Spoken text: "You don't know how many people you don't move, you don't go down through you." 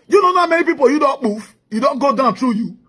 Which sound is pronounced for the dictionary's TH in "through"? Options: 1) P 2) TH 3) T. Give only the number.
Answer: 3